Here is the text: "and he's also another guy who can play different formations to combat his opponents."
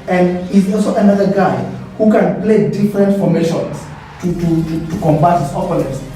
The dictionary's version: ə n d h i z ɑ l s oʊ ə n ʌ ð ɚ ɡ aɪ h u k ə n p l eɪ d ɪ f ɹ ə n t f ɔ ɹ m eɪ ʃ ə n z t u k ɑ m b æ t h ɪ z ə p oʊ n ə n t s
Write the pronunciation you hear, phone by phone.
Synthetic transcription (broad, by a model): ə n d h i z ɑ l s oʊ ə n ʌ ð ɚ ɡ aɪ h u k ə n p l eɪ d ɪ f ɹ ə n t f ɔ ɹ m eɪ ʃ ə n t t u k ɑ m b æ t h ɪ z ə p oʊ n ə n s